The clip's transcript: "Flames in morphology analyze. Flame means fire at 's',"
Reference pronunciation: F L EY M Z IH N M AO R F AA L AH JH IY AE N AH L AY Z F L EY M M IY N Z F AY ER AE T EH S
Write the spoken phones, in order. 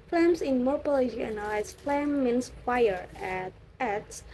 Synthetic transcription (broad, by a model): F L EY M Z IH N M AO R P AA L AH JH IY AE N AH L AY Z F L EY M M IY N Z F AY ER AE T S